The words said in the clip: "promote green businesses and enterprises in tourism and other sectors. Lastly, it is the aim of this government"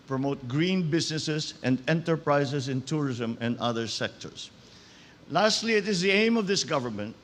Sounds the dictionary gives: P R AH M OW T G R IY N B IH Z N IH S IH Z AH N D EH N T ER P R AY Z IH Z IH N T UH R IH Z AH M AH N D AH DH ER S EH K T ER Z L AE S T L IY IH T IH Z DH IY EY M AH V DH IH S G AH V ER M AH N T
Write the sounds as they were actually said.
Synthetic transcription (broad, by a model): P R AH M OW T G R IY N B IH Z N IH S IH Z AH N D EH N T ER P R AY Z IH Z IH N T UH R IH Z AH M AH N D AH DH ER S EH K T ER S L AE S T L IY IH T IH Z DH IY EY M AH V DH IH S G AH V ER M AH N T